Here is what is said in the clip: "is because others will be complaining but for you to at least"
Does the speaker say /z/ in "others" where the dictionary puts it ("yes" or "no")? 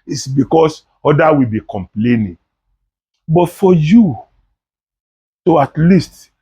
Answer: no